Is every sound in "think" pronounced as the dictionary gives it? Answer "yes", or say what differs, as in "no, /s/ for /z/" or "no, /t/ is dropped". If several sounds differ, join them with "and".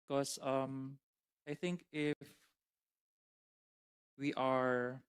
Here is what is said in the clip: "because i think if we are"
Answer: yes